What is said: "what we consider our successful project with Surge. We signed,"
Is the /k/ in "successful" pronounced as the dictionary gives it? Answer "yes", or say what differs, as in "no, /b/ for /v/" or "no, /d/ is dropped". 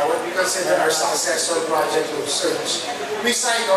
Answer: no, /k/ is dropped